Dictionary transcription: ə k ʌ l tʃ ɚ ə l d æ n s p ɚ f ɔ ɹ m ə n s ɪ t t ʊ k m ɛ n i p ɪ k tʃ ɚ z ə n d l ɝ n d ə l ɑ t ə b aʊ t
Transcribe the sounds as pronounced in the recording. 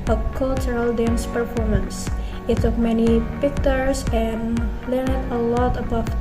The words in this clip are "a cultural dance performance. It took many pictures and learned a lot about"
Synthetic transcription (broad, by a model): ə k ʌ l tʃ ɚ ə l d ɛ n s p ɚ f ɔ ɹ m ə n s ɪ t s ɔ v m ɛ n i p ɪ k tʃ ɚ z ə n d l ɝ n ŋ ə l ɑ t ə b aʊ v